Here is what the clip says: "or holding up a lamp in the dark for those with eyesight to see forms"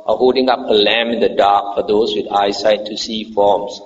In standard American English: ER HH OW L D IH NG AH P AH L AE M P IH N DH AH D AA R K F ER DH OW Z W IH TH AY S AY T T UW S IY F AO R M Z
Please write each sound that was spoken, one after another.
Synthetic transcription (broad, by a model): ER HH OW L D IH NG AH P AH L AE M IH N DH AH D AA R K F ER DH OW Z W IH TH AY S AY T T UW S IY F AO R M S